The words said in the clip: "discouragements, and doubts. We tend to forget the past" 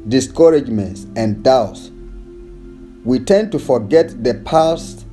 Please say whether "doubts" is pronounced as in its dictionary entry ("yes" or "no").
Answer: yes